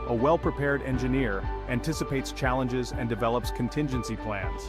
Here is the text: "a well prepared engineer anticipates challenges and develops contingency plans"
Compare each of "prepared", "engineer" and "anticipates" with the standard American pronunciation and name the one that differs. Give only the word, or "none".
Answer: none